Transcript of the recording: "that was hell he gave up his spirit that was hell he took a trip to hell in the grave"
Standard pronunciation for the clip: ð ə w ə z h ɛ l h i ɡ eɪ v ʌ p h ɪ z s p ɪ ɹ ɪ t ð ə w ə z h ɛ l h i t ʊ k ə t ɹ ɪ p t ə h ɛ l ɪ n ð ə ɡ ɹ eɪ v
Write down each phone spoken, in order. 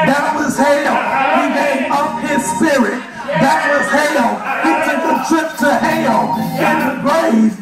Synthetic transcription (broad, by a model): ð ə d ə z h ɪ l h i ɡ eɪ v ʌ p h ɪ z s p ɪ ɹ ɪ t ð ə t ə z h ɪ l h i t ʊ k ə t ɹ ɪ p t ə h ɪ l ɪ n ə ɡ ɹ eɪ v